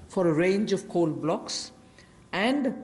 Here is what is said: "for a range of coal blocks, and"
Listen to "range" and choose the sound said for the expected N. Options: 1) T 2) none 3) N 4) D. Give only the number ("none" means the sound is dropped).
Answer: 3